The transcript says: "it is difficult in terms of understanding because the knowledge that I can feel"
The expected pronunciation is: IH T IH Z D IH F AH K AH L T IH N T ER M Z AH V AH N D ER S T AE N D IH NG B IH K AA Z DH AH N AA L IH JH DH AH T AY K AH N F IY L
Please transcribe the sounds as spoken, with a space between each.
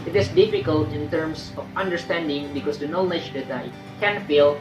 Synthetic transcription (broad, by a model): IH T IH S D IH F AH K AH L T IH N T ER M S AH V AH N D ER S T AE N D IH NG B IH K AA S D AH N AA L IH JH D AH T AY K AH N F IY L